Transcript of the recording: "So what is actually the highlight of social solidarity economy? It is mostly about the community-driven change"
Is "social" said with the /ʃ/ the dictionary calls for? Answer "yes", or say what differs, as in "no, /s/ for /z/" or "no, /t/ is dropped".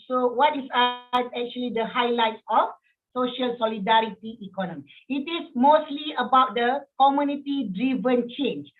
yes